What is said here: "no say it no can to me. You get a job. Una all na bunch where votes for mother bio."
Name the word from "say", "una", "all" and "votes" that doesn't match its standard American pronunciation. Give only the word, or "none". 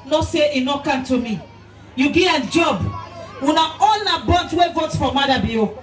votes